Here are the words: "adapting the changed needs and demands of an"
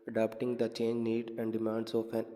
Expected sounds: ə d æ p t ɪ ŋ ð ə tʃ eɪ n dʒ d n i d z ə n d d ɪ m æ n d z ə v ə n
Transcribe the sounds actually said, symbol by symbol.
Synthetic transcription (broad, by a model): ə d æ p t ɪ ŋ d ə tʃ eɪ n dʒ n i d ə n d d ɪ m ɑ n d s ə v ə n